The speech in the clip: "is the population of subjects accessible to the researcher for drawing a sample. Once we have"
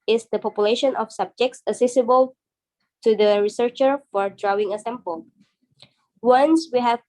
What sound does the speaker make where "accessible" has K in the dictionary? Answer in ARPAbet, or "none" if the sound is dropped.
none